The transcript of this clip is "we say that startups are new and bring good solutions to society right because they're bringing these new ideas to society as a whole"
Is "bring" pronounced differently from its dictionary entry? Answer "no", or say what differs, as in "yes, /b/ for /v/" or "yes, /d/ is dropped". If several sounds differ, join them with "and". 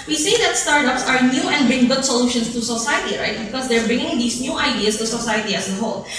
no